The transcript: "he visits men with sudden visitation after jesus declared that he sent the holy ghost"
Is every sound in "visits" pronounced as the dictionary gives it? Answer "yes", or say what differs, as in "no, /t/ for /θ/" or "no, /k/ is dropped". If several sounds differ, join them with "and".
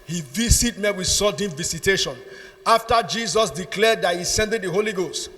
no, /s/ is dropped